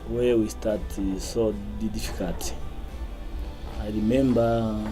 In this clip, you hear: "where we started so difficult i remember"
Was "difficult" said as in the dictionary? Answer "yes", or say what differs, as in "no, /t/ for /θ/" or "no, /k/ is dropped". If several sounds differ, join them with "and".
no, /l/ is dropped